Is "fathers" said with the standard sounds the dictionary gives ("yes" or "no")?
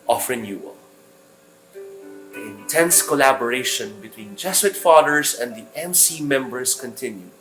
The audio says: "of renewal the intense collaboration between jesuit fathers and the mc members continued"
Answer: no